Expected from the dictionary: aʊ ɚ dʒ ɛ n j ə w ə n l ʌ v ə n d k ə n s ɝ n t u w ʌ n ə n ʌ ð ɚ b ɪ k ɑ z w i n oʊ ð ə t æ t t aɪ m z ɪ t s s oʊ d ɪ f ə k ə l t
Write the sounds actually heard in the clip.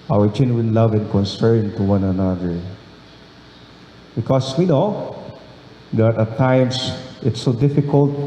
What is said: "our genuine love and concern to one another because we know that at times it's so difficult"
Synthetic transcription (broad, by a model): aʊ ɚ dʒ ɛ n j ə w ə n l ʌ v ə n k ə n s ɝ n t u w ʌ n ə n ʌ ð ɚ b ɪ k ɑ s w i n oʊ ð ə t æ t t aɪ m s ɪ t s s oʊ d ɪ f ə k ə l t